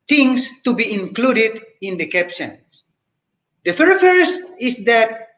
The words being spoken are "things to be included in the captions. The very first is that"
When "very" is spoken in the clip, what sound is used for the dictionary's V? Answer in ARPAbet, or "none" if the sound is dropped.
F